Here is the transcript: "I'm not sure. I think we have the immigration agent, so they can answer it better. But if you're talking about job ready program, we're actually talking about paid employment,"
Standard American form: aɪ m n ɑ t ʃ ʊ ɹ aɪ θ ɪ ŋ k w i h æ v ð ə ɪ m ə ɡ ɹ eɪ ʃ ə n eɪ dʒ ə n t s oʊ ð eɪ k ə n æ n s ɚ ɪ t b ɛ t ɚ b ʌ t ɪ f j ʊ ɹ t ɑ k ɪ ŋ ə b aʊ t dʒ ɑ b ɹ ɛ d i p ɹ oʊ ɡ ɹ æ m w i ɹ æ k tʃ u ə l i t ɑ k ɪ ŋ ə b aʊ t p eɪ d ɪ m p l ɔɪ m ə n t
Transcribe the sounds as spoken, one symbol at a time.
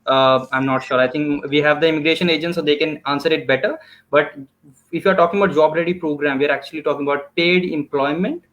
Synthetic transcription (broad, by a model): aɪ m n ɑ t ʃ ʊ ɹ aɪ t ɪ ŋ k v i h æ v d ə ɪ m ə ɡ ɹ eɪ ʃ ə n eɪ dʒ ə n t s oʊ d eɪ k ə n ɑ n s ɚ ɪ t b ɛ t ɚ b ʌ t ɪ f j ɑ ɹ t ɑ k ɪ ŋ ə b aʊ t dʒ ɑ b ɹ ɛ d i p ɹ oʊ ɡ ɹ æ m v i ɹ æ k tʃ u ə l i t ɑ k ɪ ŋ ə b aʊ t p eɪ d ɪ m p l ɔɪ m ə n t